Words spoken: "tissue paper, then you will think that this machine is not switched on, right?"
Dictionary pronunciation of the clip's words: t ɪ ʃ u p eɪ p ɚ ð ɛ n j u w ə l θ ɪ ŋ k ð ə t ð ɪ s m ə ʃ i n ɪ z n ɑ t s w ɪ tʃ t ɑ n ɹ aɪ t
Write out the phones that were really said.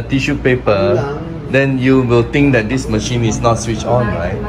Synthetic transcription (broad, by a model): t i ʃ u p eɪ p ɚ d ɛ n j u w ə l t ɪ ŋ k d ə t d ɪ s m ə ʃ i n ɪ s n ɑ t s w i tʃ ɑ n ɹ aɪ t